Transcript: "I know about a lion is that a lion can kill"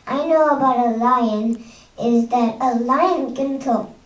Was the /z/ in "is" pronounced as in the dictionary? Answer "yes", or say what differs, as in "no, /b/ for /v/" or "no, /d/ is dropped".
yes